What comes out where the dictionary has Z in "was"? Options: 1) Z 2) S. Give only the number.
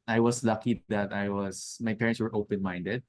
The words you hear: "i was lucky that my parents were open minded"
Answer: 2